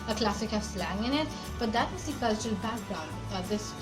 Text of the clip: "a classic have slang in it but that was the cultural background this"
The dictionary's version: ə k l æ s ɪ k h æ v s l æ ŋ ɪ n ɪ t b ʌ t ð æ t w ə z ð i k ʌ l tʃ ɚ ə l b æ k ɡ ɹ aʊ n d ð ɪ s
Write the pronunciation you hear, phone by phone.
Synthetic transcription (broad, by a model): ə k l æ s ɪ k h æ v s l æ ŋ ɪ n ɪ t b ʌ t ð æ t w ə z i k ʌ l tʃ ɚ ə l b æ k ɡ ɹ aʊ d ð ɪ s